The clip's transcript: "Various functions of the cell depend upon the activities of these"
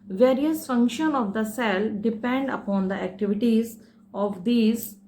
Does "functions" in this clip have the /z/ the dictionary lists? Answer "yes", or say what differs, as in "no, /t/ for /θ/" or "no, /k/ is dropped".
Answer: no, /z/ is dropped